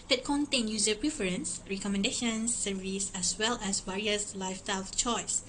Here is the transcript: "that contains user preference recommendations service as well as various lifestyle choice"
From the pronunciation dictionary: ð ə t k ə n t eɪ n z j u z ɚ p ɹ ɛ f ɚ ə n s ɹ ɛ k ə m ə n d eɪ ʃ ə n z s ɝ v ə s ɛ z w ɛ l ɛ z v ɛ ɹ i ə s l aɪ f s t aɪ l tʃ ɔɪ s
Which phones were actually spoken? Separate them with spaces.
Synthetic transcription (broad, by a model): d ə t k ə n t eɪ n j u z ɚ p ɹ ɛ f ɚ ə n s ɹ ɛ k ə m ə n d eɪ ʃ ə n s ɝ v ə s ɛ s w ɛ l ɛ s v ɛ ɹ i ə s l aɪ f t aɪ l tʃ ɔɪ s